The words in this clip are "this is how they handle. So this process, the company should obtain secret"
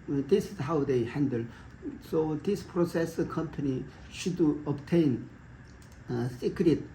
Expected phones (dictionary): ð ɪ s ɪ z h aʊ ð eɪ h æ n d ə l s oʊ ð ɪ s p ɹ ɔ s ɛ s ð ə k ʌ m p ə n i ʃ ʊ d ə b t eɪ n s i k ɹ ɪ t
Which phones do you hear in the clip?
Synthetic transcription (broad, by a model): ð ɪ s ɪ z h aʊ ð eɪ h æ n d ə l s oʊ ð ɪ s p ɹ ɔ s ɛ s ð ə k ʌ m p ə n i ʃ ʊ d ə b t eɪ n s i k ɹ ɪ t